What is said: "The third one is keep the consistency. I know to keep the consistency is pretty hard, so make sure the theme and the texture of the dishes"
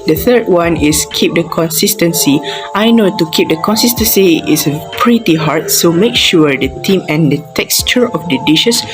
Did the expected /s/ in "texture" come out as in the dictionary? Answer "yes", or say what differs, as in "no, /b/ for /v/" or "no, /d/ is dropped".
yes